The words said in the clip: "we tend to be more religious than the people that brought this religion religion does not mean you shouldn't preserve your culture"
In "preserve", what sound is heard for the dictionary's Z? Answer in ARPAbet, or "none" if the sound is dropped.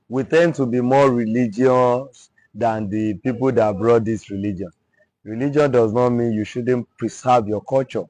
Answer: S